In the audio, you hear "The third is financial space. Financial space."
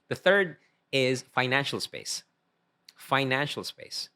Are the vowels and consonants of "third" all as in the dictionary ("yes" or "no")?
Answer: yes